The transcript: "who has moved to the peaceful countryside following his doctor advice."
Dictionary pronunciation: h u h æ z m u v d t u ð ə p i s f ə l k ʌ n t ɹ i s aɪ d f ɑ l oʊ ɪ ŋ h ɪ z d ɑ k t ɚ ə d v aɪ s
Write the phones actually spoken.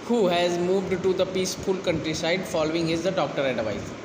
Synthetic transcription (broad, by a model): h u h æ z m u v d t u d ə p i s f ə l k ʌ n t ɹ i s aɪ d f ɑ l oʊ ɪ ŋ h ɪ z d ɑ k t ɚ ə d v aɪ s